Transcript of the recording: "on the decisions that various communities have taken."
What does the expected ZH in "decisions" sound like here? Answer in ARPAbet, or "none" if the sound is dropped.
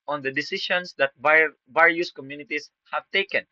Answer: SH